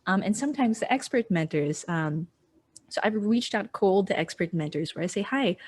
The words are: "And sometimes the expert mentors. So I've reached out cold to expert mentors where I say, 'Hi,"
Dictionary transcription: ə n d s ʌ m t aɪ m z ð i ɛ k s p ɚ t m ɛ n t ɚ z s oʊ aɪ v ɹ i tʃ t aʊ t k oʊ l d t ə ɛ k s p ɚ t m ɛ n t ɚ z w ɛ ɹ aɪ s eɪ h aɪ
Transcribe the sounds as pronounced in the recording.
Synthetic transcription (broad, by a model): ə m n s ʌ m t aɪ m z ð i ɛ k s p ɚ t m ɛ n t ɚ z s oʊ aɪ v ɹ i tʃ t aʊ t k oʊ l d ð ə ɛ k s p ɚ t m ɛ n t ɚ z w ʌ ɹ aɪ s eɪ h aɪ